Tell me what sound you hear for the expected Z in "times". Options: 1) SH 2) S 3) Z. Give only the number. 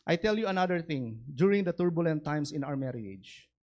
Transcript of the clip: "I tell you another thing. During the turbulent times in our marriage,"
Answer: 2